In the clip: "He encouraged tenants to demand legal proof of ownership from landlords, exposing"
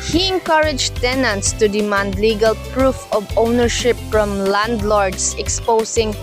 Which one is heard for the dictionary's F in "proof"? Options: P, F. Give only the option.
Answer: F